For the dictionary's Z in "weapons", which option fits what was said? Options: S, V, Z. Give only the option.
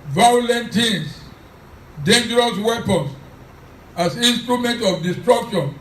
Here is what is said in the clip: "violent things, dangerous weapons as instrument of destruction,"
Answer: S